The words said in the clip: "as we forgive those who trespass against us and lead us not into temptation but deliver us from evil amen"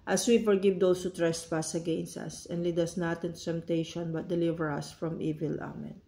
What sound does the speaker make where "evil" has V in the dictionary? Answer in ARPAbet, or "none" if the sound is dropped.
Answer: V